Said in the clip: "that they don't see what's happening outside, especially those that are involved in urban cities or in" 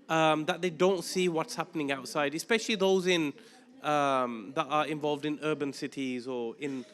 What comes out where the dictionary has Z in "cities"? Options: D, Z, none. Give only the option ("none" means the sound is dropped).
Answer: Z